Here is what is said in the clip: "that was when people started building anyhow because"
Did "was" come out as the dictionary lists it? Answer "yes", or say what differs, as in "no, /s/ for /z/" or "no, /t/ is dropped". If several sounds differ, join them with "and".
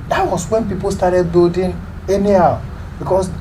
no, /s/ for /z/